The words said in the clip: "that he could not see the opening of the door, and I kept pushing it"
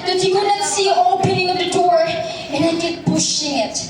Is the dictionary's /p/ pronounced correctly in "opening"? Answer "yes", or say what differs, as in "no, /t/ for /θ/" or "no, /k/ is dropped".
yes